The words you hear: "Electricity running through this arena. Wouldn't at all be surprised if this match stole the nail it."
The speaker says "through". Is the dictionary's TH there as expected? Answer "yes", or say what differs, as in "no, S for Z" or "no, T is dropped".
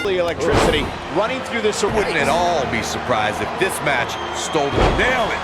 yes